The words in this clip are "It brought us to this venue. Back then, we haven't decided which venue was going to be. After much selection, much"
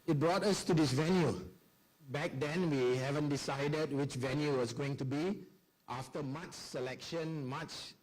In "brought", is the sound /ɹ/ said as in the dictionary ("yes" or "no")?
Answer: yes